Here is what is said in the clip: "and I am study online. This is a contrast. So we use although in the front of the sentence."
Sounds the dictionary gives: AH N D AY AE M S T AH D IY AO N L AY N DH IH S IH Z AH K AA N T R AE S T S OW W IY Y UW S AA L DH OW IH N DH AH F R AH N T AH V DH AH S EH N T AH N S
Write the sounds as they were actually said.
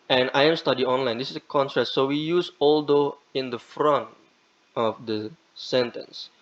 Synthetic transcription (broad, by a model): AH N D AY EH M S T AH D IY AO N L AY N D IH S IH S AH K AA N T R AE T S OW W IY Y UW S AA L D OW IH N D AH F R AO N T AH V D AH S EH N T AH N S